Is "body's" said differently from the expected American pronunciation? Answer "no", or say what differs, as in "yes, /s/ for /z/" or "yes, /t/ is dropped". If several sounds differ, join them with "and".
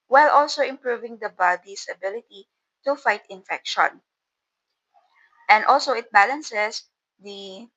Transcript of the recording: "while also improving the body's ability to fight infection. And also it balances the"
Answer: yes, /s/ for /z/